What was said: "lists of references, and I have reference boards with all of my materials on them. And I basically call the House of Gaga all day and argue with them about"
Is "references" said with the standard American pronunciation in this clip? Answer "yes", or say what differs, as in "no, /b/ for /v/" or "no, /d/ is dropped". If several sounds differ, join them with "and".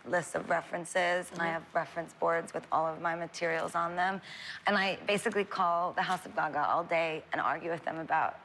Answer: yes